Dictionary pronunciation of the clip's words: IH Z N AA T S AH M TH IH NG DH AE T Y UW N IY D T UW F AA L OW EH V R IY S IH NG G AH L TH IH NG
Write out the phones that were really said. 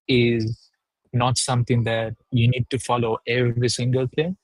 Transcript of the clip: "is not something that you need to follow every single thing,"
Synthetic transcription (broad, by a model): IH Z N AA T S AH M T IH NG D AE T Y UW N IY D T UW F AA L OW EH V R IY S IH NG G AH L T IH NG